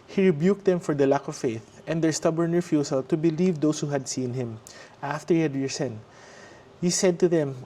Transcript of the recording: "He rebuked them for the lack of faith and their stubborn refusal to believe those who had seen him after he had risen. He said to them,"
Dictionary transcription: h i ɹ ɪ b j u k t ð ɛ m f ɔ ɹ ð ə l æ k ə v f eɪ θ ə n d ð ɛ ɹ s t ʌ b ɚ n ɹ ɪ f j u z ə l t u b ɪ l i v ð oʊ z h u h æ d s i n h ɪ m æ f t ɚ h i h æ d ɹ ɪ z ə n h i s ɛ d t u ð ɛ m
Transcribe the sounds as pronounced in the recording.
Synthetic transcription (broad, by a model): h i ɹ ɪ b j u k t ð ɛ m f ɔ ɹ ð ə l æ k ə v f eɪ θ ə n d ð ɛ ɹ s t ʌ b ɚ n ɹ f j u s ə l t u b ɪ l i v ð oʊ s h u h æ d s i n h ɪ m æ f t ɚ h i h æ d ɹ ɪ s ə n h i s ɛ d t u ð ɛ m